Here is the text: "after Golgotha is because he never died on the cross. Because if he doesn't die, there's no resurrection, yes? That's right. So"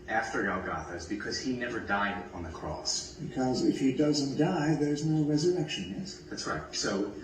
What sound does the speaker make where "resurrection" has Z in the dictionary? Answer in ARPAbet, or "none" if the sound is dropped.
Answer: Z